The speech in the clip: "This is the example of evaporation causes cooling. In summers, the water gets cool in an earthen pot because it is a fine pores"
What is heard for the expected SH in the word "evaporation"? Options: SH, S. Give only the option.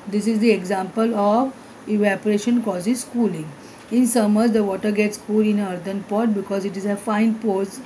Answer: SH